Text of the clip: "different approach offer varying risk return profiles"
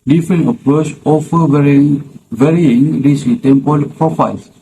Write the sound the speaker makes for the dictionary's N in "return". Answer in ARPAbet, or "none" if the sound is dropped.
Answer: L